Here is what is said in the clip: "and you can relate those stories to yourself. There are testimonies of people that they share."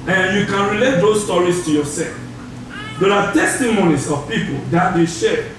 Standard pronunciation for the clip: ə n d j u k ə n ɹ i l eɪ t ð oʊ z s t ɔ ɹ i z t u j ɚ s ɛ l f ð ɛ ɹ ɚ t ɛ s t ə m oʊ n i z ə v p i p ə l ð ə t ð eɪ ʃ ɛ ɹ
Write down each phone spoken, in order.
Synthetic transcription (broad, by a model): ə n j u k ə n ɹ i l eɪ t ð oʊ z s t ɔ ɹ i s t u j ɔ s ɛ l f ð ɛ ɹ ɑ t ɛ s t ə m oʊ n i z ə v p i p ə l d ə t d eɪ ʃ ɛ